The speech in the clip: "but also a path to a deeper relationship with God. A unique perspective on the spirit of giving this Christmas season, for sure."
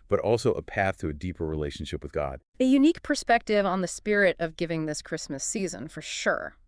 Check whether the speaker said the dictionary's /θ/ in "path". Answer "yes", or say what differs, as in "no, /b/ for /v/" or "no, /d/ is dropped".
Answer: yes